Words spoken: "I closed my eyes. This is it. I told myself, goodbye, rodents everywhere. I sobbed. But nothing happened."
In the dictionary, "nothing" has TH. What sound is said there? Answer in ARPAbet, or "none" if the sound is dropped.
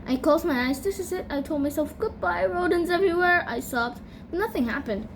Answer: TH